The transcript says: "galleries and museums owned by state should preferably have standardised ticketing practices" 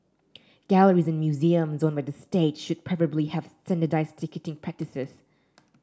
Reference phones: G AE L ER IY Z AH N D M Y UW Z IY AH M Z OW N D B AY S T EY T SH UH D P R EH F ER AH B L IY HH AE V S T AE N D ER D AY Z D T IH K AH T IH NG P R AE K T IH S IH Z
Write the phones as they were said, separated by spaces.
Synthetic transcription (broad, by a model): G AE L ER IY Z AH N M Y UW Z IY AH M Z OW N B AY S T EY T SH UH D P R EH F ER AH B L IY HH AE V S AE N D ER D AY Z T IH K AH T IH NG P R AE K T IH S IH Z